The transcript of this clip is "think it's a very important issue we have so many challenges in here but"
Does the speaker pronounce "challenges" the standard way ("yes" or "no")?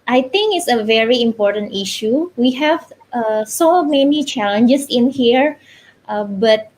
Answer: no